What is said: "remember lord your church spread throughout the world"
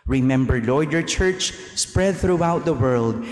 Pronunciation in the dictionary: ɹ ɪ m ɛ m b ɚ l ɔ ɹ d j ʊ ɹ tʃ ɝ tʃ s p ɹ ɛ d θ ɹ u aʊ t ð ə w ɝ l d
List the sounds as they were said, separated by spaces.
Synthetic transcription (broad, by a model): ɹ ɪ m ɛ m b ɚ l ɔ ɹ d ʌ ɹ tʃ ɝ tʃ s p ɹ ɛ d θ ɹ u aʊ t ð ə w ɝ l d